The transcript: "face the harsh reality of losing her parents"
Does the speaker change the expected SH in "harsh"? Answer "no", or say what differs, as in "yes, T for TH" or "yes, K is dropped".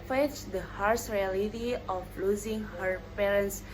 yes, S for SH